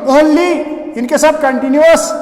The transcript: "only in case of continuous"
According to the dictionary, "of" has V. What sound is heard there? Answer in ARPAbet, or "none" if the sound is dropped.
B